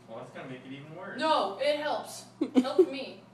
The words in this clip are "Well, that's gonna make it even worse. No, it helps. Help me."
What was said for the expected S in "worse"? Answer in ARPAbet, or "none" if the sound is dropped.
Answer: none